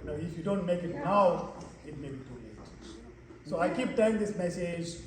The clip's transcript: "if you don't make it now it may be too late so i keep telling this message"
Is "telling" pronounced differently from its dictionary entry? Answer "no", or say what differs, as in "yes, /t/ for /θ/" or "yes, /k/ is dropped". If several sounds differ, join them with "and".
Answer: yes, /l/ is dropped